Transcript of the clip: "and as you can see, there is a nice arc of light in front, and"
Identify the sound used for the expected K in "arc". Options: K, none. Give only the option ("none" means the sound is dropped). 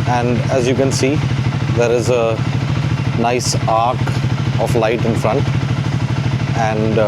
K